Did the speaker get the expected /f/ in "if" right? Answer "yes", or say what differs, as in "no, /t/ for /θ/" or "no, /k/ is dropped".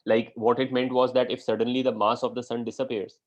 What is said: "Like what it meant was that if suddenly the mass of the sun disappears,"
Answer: yes